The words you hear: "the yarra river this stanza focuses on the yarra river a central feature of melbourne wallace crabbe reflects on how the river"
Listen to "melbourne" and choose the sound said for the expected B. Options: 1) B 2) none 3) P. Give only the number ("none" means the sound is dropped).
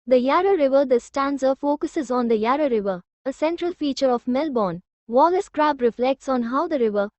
1